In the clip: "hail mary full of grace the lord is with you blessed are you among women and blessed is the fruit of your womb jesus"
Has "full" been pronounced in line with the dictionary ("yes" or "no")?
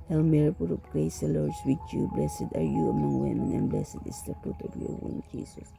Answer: no